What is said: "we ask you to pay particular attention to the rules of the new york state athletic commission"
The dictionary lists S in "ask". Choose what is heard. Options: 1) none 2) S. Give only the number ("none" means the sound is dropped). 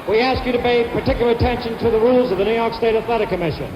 2